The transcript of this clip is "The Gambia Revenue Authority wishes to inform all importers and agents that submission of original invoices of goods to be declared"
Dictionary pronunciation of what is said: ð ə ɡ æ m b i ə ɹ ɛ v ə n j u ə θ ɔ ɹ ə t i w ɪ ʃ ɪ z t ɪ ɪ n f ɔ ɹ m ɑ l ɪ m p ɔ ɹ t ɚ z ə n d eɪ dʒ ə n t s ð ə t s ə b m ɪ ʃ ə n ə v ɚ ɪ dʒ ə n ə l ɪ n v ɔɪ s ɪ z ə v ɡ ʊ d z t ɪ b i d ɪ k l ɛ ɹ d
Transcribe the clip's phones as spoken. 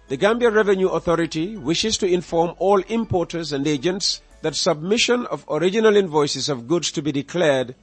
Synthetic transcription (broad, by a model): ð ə ɡ æ m b i ə ɹ ɛ v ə n j u ə θ ɔ ɹ ə t i w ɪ ʃ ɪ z t ɪ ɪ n f ɔ ɹ m ɑ l ɪ m p ɔ ɹ t ɚ z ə n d eɪ dʒ ə n t s ð ə t s ə b m ɪ ʃ ə n ə v ɚ ɪ dʒ ə n ə l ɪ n v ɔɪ s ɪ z ə v ɡ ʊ d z t ɪ b i d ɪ k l ɛ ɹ d